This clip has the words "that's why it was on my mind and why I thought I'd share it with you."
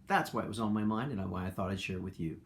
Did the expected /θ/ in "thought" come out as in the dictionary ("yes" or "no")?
yes